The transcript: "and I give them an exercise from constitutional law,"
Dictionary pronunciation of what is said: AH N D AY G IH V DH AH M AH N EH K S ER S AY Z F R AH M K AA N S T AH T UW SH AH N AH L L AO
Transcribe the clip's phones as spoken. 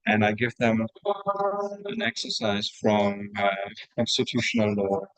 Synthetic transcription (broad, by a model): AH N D AY G IH V DH AH M AH N EH K S ER S AY Z F R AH M K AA N S T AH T UW SH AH N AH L L AO